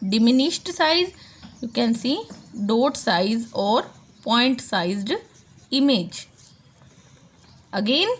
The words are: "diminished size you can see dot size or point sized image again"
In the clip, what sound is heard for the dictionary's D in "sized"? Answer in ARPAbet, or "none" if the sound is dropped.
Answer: D